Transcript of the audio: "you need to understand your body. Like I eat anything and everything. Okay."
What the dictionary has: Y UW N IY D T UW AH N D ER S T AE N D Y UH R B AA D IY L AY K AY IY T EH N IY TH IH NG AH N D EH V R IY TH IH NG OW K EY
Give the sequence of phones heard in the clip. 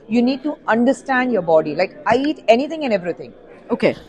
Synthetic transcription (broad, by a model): Y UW N IY D T UW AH N D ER S T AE N D Y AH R B AA D IY L AY K AY IY T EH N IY T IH NG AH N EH V R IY T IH NG OW K EY